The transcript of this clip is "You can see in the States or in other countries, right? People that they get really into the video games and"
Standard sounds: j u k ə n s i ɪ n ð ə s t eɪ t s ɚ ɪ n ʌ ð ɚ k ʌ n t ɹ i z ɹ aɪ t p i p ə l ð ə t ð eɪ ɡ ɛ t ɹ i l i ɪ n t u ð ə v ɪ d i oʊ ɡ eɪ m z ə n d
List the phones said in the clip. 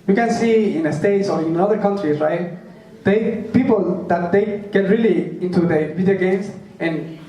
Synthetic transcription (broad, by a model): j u k ə n s i ɪ n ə s t eɪ t s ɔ ɪ n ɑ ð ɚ k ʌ n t ɹ i s ɹ aɪ t p i p ə l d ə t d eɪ ɡ ɛ t ɹ i l i ɪ n t u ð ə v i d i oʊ ɡ eɪ m s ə n